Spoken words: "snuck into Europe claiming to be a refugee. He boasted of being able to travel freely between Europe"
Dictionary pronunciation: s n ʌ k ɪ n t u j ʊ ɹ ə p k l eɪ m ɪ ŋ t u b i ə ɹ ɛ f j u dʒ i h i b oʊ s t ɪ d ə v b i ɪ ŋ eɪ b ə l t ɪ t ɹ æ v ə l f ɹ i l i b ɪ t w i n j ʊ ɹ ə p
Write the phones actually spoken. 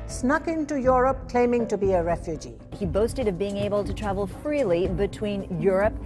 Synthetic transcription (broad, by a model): s n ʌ k ɪ n t u j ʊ ɹ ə p k l eɪ m ɪ ŋ t u b i ə ɹ ɛ f j u dʒ i h i b oʊ s t ɪ d ə v b i ɪ ŋ eɪ b ə l t ɪ t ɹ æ v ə l f ɹ i l i b ɪ t w i n j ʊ ɹ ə p